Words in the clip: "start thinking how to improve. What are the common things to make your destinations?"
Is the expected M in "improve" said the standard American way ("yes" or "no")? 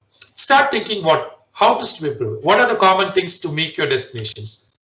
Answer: no